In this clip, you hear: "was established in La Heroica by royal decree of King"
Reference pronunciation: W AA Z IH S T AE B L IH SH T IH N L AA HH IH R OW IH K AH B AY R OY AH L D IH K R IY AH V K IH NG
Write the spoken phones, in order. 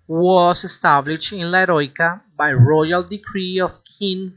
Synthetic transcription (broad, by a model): W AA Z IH S T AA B L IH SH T IH N L AA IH R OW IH K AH B AY R OY AH L D IH K R IY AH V K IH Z